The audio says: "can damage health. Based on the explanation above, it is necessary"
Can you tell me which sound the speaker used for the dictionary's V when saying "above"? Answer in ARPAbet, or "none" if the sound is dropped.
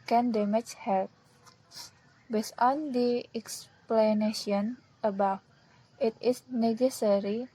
F